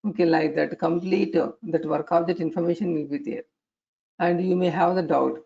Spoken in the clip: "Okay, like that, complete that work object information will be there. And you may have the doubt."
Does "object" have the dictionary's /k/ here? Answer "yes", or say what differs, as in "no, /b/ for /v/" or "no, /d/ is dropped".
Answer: no, /k/ is dropped